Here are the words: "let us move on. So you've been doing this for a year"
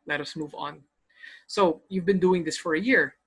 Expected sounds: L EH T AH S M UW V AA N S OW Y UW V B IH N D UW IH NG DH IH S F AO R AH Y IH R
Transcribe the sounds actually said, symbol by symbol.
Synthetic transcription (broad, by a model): L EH T AH S M UW V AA N S OW Y UW V B IH N D UW IH NG DH IH S F AO R AH Y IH R